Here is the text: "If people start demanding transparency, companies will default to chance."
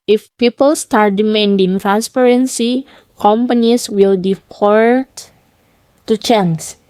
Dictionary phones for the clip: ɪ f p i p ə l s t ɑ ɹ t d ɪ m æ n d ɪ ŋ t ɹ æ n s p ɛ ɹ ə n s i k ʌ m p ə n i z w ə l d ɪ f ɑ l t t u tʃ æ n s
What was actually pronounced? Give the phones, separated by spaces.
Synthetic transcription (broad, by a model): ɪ f p i p ə l s t ɑ ɹ t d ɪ m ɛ n d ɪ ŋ t ɹ æ n s p ɛ ɹ ə n s i k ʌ m p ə n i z w ə l d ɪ p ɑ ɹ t t u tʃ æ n s